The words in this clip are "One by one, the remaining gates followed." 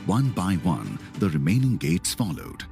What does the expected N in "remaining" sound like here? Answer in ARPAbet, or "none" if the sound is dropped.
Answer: N